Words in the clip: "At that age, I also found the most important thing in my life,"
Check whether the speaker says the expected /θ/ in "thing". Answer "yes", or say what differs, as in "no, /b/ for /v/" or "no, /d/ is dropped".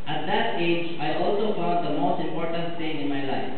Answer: no, /t/ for /θ/